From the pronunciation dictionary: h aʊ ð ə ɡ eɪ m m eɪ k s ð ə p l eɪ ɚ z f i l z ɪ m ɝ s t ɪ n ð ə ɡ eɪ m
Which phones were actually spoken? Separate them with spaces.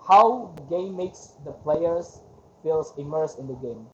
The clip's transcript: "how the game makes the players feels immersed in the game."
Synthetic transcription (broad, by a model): h aʊ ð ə ɡ eɪ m m eɪ k s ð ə p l eɪ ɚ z f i l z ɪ m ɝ s ɪ n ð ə ɡ eɪ m